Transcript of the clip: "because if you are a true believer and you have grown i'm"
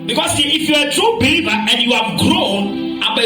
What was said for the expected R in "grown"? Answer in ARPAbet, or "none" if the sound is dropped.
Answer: R